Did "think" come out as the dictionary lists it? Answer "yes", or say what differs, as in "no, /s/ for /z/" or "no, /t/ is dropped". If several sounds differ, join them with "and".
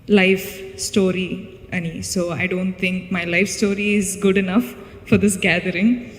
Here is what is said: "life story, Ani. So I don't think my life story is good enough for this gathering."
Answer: no, /t/ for /θ/